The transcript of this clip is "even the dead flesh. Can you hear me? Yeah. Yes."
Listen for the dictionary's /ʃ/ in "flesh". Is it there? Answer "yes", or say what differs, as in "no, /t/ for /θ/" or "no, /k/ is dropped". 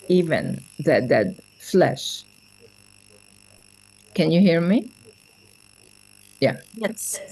yes